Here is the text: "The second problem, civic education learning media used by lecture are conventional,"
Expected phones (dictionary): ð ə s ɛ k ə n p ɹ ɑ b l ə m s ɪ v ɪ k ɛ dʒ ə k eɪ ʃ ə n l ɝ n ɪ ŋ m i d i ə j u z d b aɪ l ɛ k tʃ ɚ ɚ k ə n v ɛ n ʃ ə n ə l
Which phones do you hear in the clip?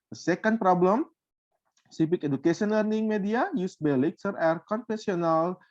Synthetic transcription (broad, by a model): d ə s ɛ k ə n p ɹ ɑ b l ə m s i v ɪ k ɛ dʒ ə k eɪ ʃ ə n l ɝ n ɪ ŋ m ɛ d i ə j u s b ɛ l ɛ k s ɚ ɚ k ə n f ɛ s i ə n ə l